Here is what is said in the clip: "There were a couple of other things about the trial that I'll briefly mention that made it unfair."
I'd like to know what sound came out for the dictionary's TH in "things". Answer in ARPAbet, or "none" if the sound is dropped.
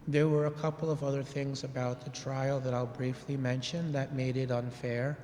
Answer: TH